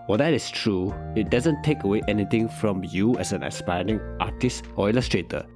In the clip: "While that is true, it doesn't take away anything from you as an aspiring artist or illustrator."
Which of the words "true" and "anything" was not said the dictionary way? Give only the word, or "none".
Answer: anything